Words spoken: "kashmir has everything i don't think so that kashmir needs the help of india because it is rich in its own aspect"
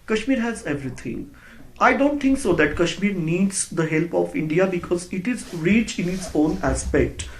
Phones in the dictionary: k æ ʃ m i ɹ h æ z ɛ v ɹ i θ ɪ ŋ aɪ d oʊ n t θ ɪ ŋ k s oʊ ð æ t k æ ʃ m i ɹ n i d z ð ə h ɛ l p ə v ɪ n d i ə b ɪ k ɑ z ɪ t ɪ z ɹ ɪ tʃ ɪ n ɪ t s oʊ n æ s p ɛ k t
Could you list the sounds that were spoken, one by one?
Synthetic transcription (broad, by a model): k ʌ ʃ m i ɹ h æ z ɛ v ɹ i t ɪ ŋ aɪ d oʊ n t t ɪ ŋ k s oʊ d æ t k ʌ ʃ m i ɹ n i d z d ə h ɛ l p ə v ɪ n d i ə b ɪ k ɑ z ɪ t ɪ z ɹ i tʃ ɪ n ɪ t s oʊ n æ s p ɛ k t